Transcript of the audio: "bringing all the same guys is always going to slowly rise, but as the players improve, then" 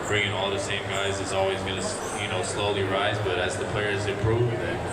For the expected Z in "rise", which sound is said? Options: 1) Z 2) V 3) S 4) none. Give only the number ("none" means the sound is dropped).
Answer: 1